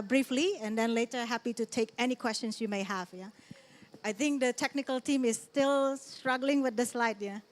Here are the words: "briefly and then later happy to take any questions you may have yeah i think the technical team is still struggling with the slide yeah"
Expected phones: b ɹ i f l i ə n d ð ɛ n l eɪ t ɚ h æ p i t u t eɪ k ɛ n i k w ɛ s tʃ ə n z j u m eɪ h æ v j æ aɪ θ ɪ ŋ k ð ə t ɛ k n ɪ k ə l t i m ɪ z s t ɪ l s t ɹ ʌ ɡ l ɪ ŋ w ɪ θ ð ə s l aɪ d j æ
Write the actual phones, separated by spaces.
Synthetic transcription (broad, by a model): b ɹ i f l i ə n d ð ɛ n l eɪ t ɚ h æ p i t u t eɪ k ɛ n i k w ɛ s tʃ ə n s j u m eɪ h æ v j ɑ aɪ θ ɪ ŋ k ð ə t ɛ k n ɪ k ə l t i m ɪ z s t ɪ l s t ɹ ʌ ɡ l ɪ ŋ w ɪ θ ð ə s l aɪ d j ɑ